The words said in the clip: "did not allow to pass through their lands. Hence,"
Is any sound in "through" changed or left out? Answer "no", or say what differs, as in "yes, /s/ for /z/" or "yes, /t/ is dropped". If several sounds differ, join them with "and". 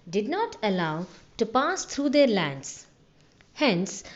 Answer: yes, /t/ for /θ/